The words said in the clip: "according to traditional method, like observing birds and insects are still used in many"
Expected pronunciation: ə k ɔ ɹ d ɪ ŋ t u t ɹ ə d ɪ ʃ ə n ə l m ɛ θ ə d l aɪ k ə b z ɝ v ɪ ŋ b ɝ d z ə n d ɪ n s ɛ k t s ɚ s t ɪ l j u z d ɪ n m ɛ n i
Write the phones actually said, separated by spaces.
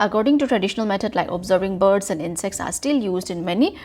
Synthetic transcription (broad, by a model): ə k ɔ ɹ d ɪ ŋ t u t ɹ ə d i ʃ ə n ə l m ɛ t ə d l aɪ k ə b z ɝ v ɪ ŋ b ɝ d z ə n d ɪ n s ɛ k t s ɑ s t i l j u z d ɪ n m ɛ n i